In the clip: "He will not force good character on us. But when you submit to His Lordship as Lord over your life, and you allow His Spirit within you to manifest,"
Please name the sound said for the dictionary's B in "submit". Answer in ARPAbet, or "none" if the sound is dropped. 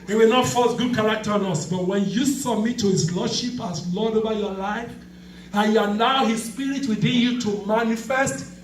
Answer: none